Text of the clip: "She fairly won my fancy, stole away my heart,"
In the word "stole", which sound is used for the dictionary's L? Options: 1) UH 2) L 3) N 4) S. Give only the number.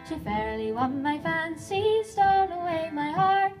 3